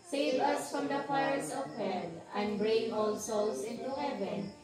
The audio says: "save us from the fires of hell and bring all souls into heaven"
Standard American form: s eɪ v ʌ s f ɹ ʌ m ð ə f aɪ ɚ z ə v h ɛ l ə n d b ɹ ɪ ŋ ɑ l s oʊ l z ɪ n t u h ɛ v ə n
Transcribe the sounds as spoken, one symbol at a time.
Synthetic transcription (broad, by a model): s eɪ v ʌ s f ɹ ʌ m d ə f aɪ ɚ s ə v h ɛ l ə n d b ɹ ɪ ŋ ɑ l s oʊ l s ɪ n t u h ɛ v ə n